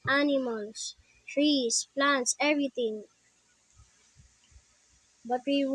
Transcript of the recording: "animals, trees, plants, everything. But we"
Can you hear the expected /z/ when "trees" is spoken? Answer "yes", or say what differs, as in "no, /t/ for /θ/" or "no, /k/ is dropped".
no, /s/ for /z/